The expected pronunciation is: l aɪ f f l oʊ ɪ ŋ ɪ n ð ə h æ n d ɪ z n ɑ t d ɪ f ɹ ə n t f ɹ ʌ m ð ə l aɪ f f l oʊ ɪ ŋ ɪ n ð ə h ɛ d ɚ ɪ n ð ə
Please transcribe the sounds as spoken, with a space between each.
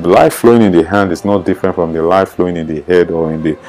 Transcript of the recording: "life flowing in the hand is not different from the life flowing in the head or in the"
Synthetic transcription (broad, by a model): l aɪ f f l oʊ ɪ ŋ ɪ n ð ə h æ n d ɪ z n ɑ t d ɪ f ɹ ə n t f ɹ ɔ m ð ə l aɪ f f l oʊ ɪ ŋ ɪ n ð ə h ɛ d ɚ ɪ n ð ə